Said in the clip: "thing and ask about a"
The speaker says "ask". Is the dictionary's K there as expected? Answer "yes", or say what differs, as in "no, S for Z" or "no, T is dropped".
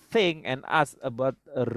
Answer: no, K is dropped